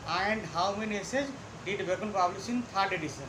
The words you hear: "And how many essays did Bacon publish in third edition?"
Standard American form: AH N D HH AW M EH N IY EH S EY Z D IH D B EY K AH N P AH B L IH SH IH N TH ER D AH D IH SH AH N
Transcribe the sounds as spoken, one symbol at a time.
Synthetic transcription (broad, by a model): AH N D HH AW M EH N IY S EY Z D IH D B EY K AH N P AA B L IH S IH N T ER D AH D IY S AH N